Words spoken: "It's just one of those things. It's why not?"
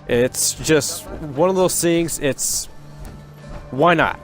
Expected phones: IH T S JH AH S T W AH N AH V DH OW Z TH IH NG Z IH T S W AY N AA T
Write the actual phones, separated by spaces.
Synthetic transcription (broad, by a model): IH T S JH AH S T W AH N AH V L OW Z S IH NG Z IH T S W AY N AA T